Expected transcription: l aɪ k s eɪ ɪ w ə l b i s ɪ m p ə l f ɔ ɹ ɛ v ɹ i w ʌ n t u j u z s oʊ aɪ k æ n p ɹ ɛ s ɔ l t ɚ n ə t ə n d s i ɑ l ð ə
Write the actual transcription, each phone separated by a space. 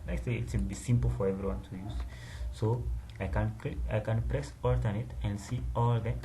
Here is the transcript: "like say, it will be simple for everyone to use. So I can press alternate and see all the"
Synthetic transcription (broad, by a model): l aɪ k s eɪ ɪ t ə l b i s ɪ m p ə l f ɔ ɹ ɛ v ɹ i w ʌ n t u j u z s oʊ aɪ k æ n p ɹ ɛ s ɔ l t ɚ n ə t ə n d s i ɑ l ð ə